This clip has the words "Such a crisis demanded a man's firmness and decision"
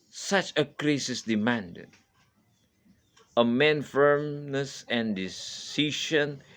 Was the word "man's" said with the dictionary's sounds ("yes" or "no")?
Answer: no